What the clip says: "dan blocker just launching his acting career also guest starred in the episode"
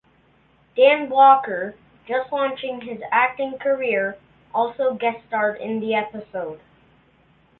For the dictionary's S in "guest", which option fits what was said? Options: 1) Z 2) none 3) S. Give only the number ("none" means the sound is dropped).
2